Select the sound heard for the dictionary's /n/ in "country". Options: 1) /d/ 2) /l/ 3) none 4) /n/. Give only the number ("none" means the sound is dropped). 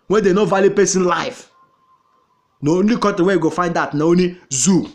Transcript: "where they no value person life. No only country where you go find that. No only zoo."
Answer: 3